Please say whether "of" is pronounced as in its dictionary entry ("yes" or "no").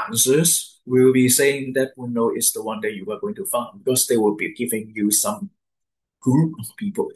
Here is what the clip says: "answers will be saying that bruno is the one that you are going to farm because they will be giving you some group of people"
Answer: no